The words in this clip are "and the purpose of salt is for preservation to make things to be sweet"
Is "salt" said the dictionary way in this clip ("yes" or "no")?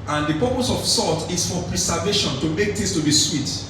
no